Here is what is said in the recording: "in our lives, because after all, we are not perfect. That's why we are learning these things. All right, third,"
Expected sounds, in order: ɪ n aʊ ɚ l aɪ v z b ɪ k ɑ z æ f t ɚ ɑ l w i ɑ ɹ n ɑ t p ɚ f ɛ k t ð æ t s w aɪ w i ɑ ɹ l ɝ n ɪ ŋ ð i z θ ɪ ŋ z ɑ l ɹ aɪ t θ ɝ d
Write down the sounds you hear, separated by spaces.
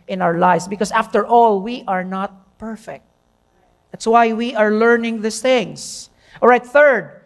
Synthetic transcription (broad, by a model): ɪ n aʊ ɚ l aɪ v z b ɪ k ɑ s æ f t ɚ ɑ l w i ɑ ɹ n ɑ t p ɚ f ɛ k t ð æ t s w aɪ w i ɑ ɹ l ɝ n ɪ ŋ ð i s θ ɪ ŋ s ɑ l ɹ aɪ t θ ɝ d